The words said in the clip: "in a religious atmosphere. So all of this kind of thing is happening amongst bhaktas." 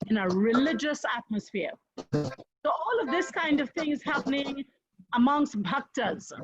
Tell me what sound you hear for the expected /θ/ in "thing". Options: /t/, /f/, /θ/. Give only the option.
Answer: /θ/